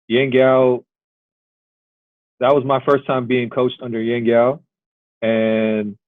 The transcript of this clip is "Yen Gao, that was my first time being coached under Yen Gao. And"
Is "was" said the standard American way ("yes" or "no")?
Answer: yes